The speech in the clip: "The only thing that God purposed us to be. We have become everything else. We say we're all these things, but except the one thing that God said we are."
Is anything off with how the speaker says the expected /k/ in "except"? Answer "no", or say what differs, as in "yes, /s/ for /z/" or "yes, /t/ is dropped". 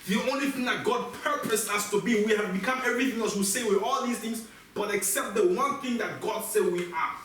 no